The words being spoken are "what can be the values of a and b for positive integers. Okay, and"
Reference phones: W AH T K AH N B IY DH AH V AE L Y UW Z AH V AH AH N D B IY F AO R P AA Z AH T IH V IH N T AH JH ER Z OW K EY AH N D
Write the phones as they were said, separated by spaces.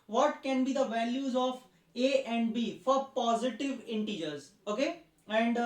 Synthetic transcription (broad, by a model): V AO T K AH N B IY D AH V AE L Y UW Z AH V AH AH N D B IY F AO R P AA Z AH T IH V IH N T AH JH ER Z OW K EY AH N D